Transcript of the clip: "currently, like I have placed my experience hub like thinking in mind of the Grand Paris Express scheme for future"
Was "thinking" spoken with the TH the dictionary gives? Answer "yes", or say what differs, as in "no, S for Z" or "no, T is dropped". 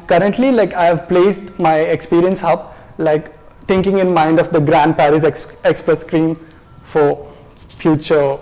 no, T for TH